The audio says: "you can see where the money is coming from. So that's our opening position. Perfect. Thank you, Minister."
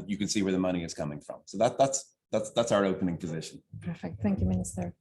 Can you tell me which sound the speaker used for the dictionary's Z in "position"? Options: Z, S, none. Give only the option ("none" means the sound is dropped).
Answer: Z